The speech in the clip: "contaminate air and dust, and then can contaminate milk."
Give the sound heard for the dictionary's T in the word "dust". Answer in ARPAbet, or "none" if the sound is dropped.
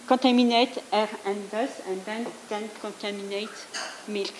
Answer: none